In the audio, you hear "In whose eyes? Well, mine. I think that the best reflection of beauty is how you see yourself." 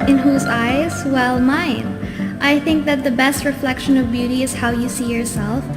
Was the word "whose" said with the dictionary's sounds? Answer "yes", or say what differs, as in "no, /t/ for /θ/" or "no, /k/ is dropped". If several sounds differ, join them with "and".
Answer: yes